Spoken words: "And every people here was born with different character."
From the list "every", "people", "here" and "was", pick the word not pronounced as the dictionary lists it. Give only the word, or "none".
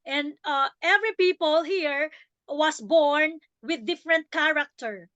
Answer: was